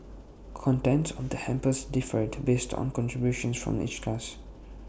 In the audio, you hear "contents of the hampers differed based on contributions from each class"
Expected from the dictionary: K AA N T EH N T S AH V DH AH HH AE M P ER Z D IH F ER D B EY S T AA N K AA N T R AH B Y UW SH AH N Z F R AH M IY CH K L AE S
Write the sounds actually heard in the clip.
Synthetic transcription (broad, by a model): K AA N T EH N T S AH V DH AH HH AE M P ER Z D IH F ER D B EY S T AA N K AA N T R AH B Y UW SH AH N S F R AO M IY CH K L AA S